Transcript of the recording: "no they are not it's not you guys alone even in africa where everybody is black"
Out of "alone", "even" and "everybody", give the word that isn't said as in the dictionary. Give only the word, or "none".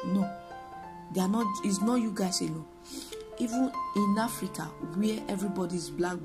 alone